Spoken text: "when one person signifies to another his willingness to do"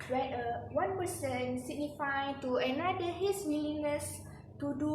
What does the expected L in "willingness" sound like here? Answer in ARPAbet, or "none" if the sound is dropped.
N